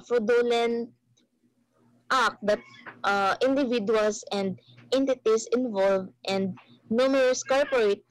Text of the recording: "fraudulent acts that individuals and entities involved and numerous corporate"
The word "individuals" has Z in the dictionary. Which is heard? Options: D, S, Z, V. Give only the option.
S